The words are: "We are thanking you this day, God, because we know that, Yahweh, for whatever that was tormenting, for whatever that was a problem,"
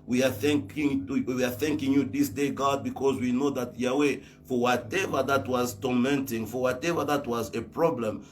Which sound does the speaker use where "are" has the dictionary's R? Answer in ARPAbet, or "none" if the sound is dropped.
W